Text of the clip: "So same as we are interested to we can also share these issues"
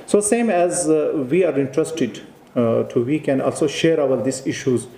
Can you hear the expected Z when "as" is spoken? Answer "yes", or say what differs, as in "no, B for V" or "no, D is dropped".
yes